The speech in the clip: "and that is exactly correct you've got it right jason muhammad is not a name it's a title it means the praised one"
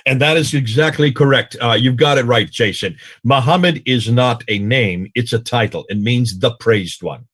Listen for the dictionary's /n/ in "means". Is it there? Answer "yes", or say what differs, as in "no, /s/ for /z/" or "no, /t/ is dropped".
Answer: yes